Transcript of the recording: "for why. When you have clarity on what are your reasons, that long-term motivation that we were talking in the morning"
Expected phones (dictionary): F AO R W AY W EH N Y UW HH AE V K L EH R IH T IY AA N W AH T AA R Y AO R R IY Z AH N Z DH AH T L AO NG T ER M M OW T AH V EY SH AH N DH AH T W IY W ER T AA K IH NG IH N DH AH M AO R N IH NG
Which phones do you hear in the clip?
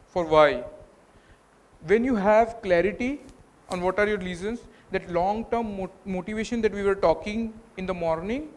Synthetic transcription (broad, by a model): F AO R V AY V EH N Y UW HH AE V K L EH R IH T IY AA N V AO T AA R Y AO R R IY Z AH N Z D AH T L AO NG T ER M M OW T AH V EY SH AH N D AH T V IY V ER T AA K IH NG IH N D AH M AO R N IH NG